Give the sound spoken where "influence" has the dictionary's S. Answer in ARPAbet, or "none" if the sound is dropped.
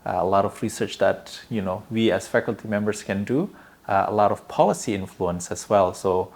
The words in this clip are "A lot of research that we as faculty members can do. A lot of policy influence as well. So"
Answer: S